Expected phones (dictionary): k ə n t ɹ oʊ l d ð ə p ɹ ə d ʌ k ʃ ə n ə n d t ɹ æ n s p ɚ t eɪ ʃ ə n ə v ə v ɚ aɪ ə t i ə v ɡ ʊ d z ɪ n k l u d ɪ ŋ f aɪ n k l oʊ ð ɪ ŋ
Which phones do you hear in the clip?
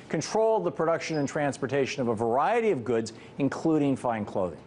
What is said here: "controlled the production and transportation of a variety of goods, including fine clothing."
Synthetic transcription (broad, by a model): k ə n t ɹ oʊ l d ð ə p ɹ ə d ʌ k ʃ ə n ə n t ɹ æ n s p ɚ t eɪ ʃ ə n ə v ə v ɚ aɪ ə t i ə v ɡ ʊ d z ɪ n k l u d ɪ ŋ f aɪ n k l oʊ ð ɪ ŋ